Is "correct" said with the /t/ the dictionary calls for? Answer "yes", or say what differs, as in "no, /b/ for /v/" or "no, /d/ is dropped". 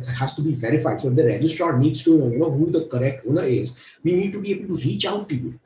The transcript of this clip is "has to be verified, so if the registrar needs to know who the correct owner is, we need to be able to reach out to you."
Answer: yes